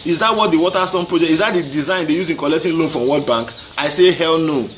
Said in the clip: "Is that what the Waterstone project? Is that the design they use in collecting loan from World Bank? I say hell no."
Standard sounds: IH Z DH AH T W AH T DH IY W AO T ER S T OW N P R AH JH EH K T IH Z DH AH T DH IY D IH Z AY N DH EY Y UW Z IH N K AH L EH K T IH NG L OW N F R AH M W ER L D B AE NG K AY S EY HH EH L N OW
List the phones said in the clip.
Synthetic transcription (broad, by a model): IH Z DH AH T W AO T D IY W AO T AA S T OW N P R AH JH EH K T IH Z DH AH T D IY D IH Z AY N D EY Y UW Z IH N K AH L EH K T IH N L OW N F R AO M W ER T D B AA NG K AY S EY HH EH L N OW